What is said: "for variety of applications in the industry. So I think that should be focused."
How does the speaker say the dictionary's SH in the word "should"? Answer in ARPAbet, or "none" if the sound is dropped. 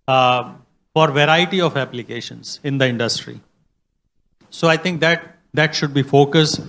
SH